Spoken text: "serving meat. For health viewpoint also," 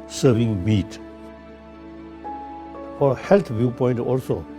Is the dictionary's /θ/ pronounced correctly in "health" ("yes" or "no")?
no